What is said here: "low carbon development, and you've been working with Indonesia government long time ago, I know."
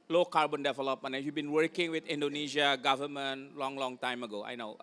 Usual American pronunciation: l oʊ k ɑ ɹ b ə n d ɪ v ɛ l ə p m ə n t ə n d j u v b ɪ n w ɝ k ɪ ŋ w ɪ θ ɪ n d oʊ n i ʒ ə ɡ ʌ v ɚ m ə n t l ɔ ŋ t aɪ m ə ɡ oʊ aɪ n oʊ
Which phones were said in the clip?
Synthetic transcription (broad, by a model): l oʊ k ɑ ɹ b ə n d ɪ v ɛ l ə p m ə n ə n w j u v b ɪ n w ɝ k ɪ ŋ w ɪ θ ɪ n d oʊ n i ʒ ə ɡ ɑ v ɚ m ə n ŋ l ɔ ŋ t aɪ m ə ɡ oʊ aɪ n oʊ